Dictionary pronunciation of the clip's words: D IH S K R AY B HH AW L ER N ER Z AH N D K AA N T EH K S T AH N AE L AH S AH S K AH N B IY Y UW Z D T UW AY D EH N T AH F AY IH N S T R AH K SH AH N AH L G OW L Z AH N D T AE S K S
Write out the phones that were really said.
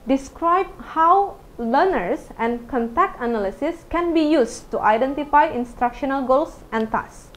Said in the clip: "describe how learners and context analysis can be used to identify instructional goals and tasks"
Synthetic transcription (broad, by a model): D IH S K R AY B HH AW L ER N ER S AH N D K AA N T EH K T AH N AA L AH S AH S K AH N B IY Y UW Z T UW AY D EH N T AH F AY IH N S T R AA K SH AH N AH L G OW L S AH N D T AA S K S